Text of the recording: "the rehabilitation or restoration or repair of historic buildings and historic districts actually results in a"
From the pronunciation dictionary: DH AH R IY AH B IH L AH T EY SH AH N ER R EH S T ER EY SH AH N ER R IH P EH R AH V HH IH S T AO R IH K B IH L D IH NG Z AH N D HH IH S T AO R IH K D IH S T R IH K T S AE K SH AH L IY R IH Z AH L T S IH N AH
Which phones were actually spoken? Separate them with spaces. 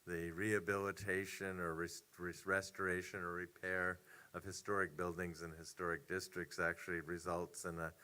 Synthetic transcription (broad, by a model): DH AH R IY AH B IH L AH T EY SH AH N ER R EH S T ER EY SH AH N ER R IH P EH R AH V HH IH S T AO R IH K B IH L D IH NG Z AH N HH IH S T AO R IH K D IH S T R IH K T S AE K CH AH L IY R IH Z AH L T S IH N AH